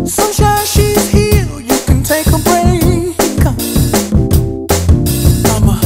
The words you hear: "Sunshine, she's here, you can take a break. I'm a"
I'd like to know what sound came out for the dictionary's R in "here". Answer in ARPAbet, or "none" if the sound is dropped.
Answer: L